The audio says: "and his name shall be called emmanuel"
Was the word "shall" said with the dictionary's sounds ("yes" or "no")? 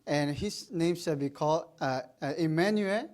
no